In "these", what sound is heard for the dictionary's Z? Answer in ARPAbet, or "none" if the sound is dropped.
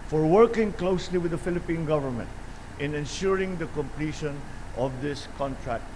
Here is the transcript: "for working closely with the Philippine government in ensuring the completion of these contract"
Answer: S